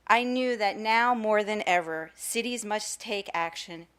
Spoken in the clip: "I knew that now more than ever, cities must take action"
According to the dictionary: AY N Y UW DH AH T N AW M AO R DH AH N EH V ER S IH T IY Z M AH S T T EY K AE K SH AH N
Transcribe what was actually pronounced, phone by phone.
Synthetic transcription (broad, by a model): AY N Y UW DH AH T N AW M AO R DH AH N EH V ER S IH T IY Z M AH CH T T EY K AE K SH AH N